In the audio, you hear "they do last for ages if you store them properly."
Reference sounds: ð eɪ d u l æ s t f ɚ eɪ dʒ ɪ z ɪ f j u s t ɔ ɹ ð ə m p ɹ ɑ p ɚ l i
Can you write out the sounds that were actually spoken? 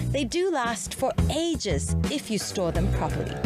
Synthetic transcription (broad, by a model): ð eɪ d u l æ s t f ɚ eɪ dʒ ɪ z ɪ f j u s t ɔ ɹ ð ə m p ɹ ɑ p ɚ l i